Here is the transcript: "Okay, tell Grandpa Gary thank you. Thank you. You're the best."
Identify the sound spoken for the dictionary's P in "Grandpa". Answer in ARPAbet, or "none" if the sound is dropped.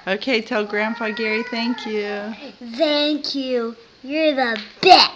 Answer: F